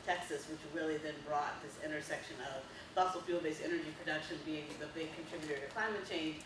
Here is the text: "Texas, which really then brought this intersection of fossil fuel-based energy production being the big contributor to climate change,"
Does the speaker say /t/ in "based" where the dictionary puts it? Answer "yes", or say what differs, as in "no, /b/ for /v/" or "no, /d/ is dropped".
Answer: no, /t/ is dropped